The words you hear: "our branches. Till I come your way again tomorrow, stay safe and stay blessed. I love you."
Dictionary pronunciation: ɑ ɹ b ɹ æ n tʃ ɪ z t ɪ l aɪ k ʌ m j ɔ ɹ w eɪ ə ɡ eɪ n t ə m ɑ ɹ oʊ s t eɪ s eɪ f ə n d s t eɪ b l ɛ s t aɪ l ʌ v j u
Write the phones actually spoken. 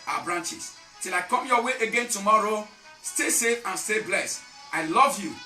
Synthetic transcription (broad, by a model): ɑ b ɹ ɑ n tʃ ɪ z t ɪ l aɪ k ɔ m j ɔ w eɪ ə ɡ eɪ n t ə m ɑ ɹ oʊ s t eɪ s eɪ f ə n s eɪ b l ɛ s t aɪ l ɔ v j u